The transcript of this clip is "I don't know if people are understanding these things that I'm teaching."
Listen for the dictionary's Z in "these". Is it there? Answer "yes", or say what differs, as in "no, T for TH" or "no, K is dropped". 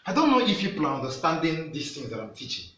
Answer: no, S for Z